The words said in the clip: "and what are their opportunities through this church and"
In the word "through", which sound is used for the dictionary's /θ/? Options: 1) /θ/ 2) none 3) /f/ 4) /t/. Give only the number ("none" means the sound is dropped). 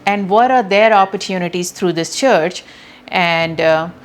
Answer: 4